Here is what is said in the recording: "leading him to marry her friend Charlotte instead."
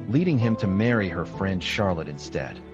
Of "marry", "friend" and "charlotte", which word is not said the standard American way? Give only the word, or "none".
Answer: none